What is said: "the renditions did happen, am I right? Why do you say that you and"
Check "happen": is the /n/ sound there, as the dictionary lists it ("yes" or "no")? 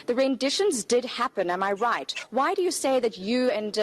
yes